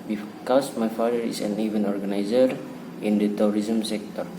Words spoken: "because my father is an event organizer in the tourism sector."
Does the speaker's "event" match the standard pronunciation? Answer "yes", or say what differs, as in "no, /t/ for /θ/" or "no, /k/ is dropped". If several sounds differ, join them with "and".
no, /t/ is dropped